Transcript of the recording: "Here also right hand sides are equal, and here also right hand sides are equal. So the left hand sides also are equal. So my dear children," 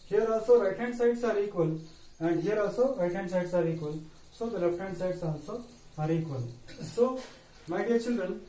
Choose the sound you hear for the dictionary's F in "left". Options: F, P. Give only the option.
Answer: P